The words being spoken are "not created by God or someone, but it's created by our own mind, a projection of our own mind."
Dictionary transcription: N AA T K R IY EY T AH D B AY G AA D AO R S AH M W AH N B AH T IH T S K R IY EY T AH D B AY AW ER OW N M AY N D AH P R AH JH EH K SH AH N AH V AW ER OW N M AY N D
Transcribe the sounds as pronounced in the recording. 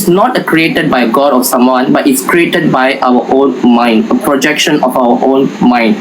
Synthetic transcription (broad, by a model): N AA T K R IY EY T AH D B AY G AA D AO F S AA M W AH N B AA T IH T S K R IY EY T AH D B AY AW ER OW N M AY N D AH P R AH JH EH K SH AH N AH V AW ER OW N M AY N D